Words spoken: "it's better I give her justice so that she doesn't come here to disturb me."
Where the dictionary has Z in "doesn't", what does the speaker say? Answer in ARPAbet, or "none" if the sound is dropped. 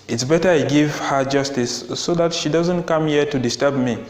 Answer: Z